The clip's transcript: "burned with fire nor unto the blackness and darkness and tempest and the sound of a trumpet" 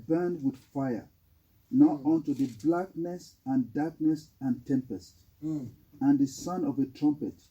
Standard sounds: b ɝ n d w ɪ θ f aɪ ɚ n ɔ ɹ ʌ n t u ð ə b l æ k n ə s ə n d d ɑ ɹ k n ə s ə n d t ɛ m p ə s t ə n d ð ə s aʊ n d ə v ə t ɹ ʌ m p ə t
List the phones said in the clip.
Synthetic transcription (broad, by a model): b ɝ n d w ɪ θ f aɪ ɚ n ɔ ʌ n t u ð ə b l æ k n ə s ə n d d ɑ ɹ k n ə s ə n t ɛ m p ə s t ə n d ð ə s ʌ n ə v ə t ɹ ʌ m p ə t